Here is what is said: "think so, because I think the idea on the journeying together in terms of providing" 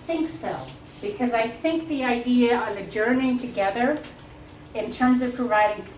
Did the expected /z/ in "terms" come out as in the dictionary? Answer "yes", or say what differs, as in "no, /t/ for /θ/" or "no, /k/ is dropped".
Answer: yes